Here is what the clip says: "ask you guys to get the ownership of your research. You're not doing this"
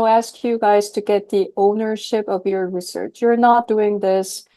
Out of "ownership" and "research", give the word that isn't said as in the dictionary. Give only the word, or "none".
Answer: none